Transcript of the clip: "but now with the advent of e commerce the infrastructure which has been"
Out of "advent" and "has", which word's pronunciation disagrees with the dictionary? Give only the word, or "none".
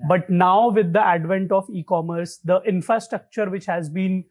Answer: none